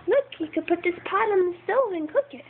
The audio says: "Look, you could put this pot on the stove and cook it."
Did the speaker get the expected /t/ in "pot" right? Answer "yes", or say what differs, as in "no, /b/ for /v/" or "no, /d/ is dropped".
yes